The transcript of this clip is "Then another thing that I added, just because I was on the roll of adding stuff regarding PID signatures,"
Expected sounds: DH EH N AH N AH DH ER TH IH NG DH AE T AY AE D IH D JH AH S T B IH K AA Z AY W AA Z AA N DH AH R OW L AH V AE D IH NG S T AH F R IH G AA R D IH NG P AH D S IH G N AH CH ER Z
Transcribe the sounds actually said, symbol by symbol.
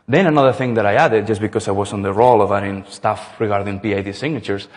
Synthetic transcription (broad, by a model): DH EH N AH N AH DH ER TH IH NG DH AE T AY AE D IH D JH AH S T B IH K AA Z AY W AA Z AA N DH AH R OW L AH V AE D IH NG S T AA F R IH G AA R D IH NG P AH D S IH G N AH CH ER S